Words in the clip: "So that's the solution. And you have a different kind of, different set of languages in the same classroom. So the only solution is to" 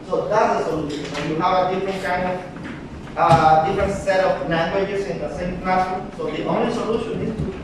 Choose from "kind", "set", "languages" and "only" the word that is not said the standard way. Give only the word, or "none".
languages